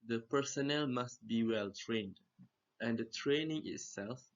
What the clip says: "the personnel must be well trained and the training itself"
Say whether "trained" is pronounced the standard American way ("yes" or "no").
yes